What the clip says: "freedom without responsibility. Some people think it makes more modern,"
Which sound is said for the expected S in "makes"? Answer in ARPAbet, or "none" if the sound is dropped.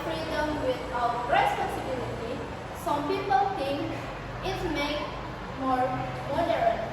none